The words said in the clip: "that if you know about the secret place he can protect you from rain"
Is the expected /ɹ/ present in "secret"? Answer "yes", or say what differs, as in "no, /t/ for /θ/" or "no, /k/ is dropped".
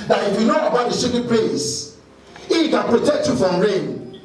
no, /ɹ/ is dropped